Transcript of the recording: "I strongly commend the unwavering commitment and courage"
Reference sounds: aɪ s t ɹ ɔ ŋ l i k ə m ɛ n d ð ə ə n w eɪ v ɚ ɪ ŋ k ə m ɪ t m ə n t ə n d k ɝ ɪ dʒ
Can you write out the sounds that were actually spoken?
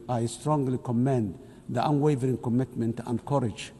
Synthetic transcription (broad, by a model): aɪ s t ɹ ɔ ŋ l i k ə m ɛ n d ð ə ə n w eɪ v ɚ ɪ ŋ k ə m ɪ t m ə n t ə n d k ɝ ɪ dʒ